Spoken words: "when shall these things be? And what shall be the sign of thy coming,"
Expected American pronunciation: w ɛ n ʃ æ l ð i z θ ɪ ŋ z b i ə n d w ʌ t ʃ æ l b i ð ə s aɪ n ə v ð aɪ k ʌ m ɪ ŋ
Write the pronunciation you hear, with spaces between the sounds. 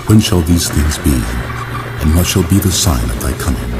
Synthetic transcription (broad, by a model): w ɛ n ʃ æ l ð i z θ ɪ ŋ z b i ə n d w ʌ t ʃ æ l b i ð ə s aɪ n ə v ð aɪ k ʌ m ɪ ŋ